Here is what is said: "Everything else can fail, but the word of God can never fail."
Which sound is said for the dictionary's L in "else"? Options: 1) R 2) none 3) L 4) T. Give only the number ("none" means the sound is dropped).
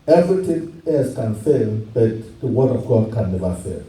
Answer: 2